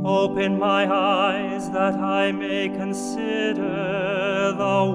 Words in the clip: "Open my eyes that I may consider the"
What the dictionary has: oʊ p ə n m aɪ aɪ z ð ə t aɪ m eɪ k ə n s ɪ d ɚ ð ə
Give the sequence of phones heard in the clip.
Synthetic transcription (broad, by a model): oʊ p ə n m aɪ aɪ z ð ə t aɪ m eɪ k ə n s ɪ d ɚ ð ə